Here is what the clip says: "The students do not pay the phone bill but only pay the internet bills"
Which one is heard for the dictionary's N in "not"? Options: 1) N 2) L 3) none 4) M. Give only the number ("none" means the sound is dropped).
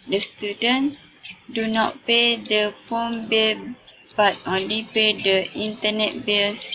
1